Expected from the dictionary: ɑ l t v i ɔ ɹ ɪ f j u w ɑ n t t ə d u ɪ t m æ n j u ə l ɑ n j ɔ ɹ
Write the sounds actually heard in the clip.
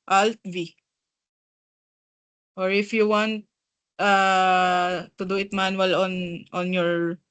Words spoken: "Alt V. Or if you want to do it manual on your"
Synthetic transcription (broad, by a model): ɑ l t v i ɔ ɹ ɪ f j u w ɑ n t t ə d u ɪ t m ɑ n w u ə n ɑ n j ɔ ɹ